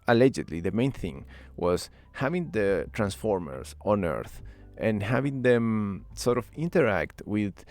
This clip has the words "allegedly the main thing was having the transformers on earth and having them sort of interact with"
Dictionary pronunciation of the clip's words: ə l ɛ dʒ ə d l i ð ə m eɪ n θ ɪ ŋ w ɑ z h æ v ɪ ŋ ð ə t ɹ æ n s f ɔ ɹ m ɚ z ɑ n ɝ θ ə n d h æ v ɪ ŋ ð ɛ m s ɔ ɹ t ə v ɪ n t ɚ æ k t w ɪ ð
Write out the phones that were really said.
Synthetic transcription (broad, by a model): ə l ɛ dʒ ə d l i ð ə m eɪ n θ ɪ ŋ w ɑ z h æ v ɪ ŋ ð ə t ɹ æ n s f ɔ ɹ m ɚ s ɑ n ɝ θ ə n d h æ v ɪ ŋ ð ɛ m s ɔ ɹ t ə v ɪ n t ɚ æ k t w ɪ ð